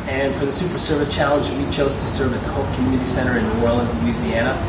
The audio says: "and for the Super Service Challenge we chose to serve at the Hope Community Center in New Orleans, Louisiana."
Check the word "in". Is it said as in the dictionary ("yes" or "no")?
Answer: yes